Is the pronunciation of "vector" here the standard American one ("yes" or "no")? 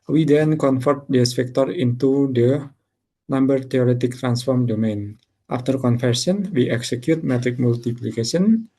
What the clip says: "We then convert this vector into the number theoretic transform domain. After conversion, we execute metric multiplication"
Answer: no